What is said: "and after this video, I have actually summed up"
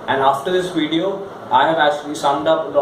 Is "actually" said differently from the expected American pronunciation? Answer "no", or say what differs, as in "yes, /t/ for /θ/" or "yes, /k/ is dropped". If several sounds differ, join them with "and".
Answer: yes, /k/ is dropped